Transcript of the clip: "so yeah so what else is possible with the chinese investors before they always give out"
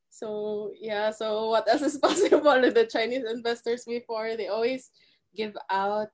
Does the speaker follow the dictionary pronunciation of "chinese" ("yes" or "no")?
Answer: no